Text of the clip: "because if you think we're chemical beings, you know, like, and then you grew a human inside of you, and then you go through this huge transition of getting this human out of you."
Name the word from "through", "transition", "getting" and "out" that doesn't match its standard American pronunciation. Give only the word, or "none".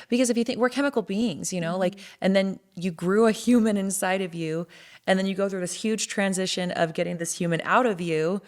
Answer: none